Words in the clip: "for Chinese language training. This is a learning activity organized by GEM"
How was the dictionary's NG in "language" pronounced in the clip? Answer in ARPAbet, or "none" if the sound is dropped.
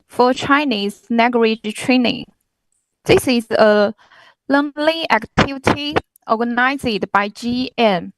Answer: none